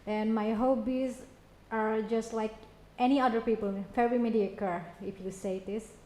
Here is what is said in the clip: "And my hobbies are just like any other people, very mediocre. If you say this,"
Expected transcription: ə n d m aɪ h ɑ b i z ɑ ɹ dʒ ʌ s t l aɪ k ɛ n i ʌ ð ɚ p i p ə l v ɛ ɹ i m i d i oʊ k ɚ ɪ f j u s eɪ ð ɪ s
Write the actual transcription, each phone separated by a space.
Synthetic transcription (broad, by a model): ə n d m aɪ h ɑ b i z ɑ ɹ dʒ ʌ s t l aɪ k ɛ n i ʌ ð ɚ p i p ə l f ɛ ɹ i m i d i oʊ k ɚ ɪ f j u s eɪ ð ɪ s